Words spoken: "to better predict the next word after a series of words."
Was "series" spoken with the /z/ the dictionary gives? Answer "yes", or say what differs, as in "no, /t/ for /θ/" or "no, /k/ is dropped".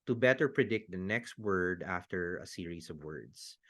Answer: no, /s/ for /z/